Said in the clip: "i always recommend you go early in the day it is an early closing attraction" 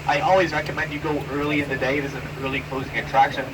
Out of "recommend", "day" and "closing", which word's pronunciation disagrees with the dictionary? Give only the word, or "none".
none